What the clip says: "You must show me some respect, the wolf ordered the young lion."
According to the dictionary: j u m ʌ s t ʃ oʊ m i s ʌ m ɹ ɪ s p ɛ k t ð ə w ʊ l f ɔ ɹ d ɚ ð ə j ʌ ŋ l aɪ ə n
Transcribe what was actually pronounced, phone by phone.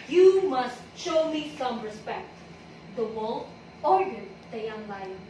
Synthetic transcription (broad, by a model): j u m ʌ s t ʃ oʊ m i s ʌ m ɹ ɪ s p ɛ k t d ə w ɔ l ɔ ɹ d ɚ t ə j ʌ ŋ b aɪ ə